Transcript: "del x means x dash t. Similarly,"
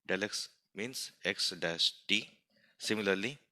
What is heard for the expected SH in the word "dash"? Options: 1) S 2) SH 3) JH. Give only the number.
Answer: 1